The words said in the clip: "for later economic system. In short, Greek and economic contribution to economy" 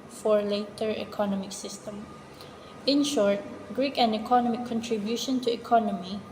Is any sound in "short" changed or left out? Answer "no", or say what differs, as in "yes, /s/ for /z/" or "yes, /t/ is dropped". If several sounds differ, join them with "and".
no